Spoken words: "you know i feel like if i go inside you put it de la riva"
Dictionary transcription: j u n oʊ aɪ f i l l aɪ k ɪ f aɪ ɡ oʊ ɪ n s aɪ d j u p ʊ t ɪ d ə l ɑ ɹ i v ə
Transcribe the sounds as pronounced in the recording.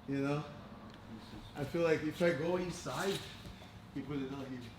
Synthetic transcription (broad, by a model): j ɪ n oʊ aɪ f i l l aɪ k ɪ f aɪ ɡ oʊ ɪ s aɪ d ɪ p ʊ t ɪ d l ɑ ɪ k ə